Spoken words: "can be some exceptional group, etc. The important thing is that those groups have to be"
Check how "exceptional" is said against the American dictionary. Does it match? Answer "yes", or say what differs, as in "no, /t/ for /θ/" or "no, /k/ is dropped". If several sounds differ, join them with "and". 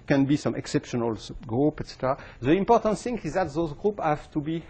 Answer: yes